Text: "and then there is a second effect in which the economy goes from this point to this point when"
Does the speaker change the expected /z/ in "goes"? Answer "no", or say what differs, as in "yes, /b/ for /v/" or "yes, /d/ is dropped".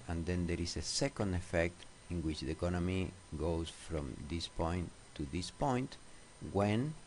yes, /s/ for /z/